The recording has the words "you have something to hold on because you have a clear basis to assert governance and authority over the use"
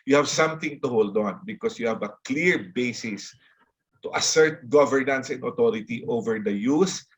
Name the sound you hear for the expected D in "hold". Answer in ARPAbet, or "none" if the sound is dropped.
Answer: D